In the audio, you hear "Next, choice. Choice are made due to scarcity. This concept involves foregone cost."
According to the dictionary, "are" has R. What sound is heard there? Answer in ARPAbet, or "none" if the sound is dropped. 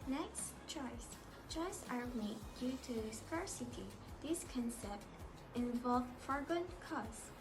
L